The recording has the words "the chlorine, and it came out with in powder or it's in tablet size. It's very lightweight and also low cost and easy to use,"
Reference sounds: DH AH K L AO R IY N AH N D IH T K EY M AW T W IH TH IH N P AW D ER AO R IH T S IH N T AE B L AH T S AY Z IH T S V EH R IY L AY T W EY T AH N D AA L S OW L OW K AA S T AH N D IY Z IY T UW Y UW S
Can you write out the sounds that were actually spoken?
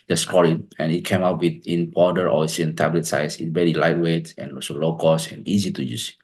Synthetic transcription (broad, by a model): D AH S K AO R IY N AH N IH T K EY M AW T W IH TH IH N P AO D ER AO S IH IH N T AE B L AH T S AY S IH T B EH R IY L AY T W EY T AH N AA S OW L OW K AA S AH N IY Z IY T UW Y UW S